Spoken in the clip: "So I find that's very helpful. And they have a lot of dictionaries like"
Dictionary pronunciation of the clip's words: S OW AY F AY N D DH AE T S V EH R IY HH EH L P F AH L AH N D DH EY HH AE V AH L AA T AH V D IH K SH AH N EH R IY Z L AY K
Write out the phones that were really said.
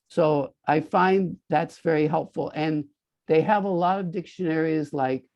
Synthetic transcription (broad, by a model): S OW AY F AY N DH AE T S V EH R IY HH EH L P F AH L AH N DH EY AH V AH L AA T AH V D IH K SH AH N EH R IY Z L AY K